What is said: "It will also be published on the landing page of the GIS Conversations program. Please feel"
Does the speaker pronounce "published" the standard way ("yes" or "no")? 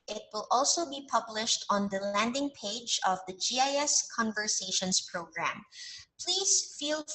yes